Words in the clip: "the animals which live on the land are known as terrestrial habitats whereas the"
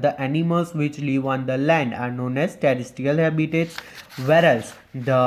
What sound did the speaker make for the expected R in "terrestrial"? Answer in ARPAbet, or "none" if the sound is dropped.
none